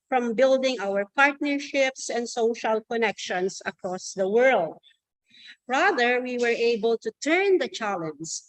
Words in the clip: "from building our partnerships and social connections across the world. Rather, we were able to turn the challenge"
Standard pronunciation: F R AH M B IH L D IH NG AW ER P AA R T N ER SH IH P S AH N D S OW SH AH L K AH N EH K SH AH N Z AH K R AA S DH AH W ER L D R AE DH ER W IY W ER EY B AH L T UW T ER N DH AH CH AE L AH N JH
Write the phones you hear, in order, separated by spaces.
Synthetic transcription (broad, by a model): F R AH M B IH L D IH NG AW ER P AA R T N ER SH IH P S AH N D S OW SH AH L K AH N EH K SH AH N S AH K R AA S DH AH W ER L D R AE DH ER W IY W ER EY B AH L T UW T ER N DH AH CH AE L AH N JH